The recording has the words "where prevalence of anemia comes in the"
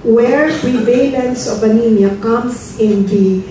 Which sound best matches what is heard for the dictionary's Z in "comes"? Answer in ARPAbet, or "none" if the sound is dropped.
S